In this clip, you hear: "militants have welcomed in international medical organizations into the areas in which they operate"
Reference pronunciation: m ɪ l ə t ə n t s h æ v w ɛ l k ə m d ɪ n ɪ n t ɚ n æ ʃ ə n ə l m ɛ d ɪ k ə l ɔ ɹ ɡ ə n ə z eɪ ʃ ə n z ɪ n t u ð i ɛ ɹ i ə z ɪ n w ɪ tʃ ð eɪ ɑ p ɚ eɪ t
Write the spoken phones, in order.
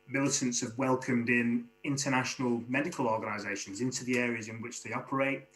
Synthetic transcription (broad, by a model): m ɪ l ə t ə n t s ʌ v w ɛ l k ə m d ɪ n ɪ n t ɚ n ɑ ʃ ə n ə l m ɛ d ɪ k ə l ɔ ɡ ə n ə z eɪ ʃ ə n z ɪ n t u ð i ɛ ɹ i ə z ɪ n w ɪ tʃ ð eɪ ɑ p ɚ eɪ t